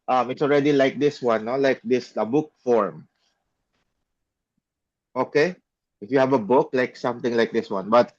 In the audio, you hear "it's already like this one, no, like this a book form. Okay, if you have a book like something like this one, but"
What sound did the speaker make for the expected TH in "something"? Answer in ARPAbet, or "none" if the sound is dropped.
T